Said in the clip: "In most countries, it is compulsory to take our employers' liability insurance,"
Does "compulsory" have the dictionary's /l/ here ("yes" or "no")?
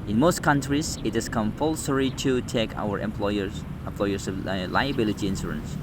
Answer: yes